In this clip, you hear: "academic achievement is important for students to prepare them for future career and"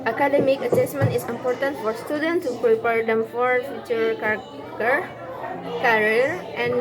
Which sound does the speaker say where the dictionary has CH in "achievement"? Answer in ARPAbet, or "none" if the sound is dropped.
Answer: S